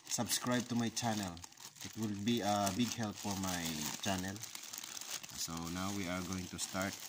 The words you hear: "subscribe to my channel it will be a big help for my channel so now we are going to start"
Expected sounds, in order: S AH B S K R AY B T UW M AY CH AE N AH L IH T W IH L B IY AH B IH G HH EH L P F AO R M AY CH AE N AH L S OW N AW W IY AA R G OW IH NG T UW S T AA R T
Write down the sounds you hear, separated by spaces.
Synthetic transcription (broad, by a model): S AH B S K R AY B T UW M AY CH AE N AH L IH T W IH L B IY AH B IH G HH EH L P F AO R M AY CH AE N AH L S OW N AW W IY AA R G OW IH NG T UW S T AA R T